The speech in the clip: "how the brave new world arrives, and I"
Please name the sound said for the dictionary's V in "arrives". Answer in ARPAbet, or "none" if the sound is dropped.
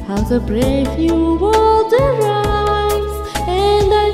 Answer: none